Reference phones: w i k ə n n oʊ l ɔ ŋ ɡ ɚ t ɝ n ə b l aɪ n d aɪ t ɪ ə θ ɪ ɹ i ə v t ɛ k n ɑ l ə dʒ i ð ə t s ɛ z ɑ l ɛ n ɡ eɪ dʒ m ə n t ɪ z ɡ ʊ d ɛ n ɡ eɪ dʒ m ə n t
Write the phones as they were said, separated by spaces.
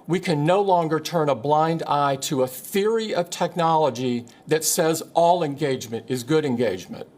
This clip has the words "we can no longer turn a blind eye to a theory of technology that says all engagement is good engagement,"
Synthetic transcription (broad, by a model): w i k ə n n oʊ l ɔ ŋ ɡ ɚ t ɝ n ə b l aɪ n d aɪ t ɪ ə θ ɪ ɹ i ə v t ɛ k n ɑ l ə dʒ i ð ə t s ɛ z ɑ l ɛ n ɡ eɪ dʒ m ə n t ɪ z ɡ ʊ d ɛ n ɡ eɪ dʒ m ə n t